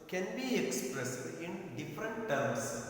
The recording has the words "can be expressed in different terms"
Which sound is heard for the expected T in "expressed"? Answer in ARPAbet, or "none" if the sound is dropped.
none